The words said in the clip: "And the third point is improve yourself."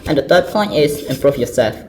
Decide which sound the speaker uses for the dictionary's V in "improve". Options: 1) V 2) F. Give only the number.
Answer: 2